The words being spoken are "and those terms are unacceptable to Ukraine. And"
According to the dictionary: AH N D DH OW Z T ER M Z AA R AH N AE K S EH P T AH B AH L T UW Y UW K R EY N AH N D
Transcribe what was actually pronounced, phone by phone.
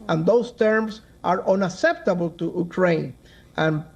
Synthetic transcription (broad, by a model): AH N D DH OW S T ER M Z AA R AH N AE K S EH P T AH B AH L T UW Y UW K R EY N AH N